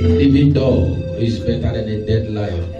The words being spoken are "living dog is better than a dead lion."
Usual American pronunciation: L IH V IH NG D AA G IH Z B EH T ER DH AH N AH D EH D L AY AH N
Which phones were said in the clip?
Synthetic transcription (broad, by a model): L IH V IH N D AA IH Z B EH T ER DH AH N AH D EH D L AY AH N